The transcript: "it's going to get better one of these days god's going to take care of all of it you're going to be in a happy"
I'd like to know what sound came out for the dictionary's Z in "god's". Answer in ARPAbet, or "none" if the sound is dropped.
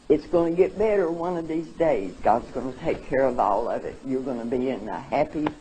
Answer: Z